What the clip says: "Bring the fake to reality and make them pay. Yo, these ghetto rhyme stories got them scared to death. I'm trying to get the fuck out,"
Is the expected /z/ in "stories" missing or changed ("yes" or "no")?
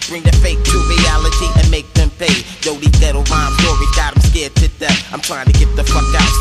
yes